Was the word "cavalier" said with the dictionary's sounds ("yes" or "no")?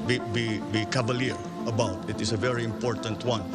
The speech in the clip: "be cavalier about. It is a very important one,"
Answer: no